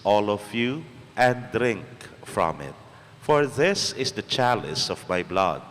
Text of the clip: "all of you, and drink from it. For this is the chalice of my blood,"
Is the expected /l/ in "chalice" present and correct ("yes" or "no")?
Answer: yes